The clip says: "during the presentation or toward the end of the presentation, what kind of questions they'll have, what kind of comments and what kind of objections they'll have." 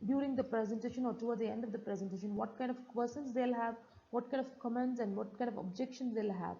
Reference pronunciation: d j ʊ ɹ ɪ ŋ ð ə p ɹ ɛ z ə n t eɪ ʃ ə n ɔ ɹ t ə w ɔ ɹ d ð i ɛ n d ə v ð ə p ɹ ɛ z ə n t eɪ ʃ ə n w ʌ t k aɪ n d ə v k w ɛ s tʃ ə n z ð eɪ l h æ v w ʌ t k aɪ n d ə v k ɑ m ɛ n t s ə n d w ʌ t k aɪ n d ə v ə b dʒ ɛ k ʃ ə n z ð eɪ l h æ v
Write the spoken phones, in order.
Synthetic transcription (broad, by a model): d j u ɹ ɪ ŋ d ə p ɹ ɛ z ə n t eɪ ʃ ə n ɔ ɹ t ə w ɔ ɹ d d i ɛ n d ə v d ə p ɹ ɛ z ə n t eɪ ʃ ə n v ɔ t k aɪ n d ə v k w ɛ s ə n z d eɪ l h æ v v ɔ t k aɪ n d ə v k ɑ m ɛ n t s ə n d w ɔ t k aɪ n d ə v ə b dʒ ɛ k ʃ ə n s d eɪ l h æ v